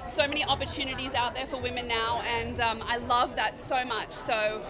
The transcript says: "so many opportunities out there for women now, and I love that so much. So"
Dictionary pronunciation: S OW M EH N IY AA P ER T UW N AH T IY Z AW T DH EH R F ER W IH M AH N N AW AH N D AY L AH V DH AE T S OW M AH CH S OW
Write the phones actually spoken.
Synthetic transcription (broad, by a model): S OW M EH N IY AA P ER T UW N AH T IY Z AW T DH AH R F ER W IH M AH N N AW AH N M AY L AH V DH AE T S OW M AH CH S OW